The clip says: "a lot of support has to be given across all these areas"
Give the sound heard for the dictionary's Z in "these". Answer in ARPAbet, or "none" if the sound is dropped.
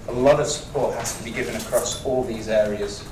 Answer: Z